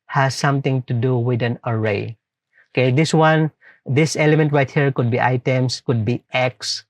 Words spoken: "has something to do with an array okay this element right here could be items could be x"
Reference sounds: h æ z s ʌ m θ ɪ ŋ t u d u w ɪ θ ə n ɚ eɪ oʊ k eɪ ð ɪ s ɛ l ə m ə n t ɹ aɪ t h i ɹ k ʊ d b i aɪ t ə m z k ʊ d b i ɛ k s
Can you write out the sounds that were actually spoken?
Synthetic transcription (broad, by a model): h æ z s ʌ m t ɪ ŋ t u d u w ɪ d ə n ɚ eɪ oʊ k eɪ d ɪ s ɛ l ə m ə n t ɹ aɪ t h i ɹ k ʊ d b i aɪ t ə m s k ʊ d b i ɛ k s